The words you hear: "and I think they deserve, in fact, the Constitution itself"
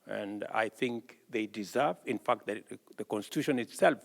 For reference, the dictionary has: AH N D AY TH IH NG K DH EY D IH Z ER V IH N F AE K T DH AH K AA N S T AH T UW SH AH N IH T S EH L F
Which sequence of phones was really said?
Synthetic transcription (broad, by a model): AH N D AY TH IH NG K DH EY D IH Z ER V IH N F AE K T DH AH K AA N S T AH T UW SH AH N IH T S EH L F